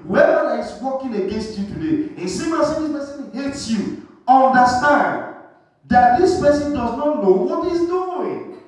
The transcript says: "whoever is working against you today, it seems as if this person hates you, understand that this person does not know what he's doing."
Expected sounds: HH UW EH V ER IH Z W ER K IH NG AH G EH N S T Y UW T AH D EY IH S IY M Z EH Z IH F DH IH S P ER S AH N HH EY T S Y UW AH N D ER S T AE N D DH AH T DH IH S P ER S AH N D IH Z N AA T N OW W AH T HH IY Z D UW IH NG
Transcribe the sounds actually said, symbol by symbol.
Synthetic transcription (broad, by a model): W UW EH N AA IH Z W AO K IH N AH G EH N S T Y UW T AH D EY IH S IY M AA S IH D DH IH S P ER S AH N HH EY T S Y UW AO N D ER S T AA N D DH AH T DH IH S P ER S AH N D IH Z N AA T N OW W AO T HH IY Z D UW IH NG